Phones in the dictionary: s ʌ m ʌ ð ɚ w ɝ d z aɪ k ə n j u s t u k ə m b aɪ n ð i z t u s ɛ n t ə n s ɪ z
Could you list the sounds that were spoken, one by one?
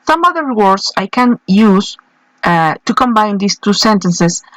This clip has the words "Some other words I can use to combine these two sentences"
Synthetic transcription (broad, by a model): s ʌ m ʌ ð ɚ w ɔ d s aɪ k ə n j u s t u k ə m b aɪ n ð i s t u s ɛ n t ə n s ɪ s